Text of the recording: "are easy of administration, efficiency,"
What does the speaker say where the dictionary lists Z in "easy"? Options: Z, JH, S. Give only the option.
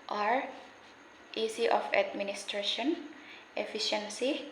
S